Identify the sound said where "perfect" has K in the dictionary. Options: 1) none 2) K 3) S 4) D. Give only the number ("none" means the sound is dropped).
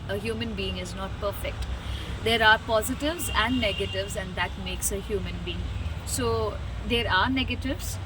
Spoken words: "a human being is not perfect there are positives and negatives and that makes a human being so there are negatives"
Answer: 2